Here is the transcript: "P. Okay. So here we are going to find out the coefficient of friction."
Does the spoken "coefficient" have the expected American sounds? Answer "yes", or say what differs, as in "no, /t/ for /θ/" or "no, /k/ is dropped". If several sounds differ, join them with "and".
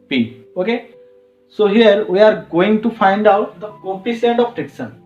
no, /s/ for /ʃ/